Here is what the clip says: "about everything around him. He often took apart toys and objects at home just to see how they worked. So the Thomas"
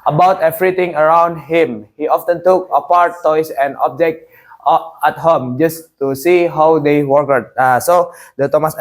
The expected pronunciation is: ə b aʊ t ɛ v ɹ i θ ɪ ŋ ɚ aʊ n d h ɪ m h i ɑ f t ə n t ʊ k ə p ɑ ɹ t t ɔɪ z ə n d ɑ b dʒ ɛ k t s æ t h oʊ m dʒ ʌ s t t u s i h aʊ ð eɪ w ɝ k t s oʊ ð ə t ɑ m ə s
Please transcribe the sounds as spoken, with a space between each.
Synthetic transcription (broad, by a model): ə b aʊ t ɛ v ɹ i t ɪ ŋ ɚ aʊ n d h ɪ m h i ɑ f t ə n t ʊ k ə p ɑ ɹ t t ɔɪ s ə n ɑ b dʒ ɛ k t æ t h oʊ m dʒ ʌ s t t u s i h aʊ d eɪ w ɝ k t s oʊ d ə t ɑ m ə s